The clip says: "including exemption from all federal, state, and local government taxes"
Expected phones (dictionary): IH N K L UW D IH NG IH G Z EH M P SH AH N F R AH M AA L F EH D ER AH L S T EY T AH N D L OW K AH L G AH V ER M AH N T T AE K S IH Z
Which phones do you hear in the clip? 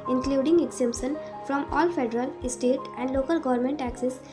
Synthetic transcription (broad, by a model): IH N K L UW D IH NG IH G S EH M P S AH N F R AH M AA L F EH D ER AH L S T EY T AH N D L OW K AH L G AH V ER M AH N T T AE K S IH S